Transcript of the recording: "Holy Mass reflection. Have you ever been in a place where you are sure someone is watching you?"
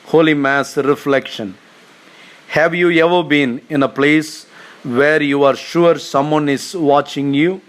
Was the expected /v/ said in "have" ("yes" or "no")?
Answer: yes